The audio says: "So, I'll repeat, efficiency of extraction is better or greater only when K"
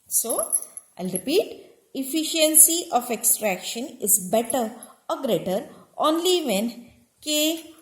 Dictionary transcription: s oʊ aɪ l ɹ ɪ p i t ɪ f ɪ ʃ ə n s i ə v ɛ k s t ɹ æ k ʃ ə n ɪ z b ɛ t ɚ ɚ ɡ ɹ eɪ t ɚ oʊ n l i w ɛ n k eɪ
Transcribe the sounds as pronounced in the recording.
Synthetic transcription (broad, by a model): s oʊ aɪ l ɹ ɪ p i t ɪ f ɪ ʃ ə n s i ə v ɛ k s t ɹ æ k ʃ ə n ɪ z b ɛ t ɚ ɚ ɡ ɹ eɪ t ɚ oʊ n l i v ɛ n k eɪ